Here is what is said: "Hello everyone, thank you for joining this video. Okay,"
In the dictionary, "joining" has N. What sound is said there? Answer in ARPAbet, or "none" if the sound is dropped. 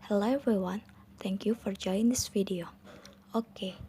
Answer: none